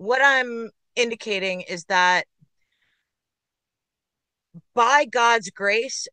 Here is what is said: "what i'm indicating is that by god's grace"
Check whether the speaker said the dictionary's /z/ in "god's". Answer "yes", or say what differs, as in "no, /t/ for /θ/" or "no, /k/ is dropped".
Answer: yes